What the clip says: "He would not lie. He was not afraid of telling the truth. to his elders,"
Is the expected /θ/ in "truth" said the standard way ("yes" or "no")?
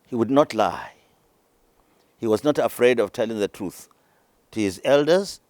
yes